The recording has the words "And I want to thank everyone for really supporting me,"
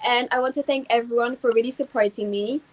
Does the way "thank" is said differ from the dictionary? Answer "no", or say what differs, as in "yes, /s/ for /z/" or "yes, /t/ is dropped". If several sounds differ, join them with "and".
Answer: no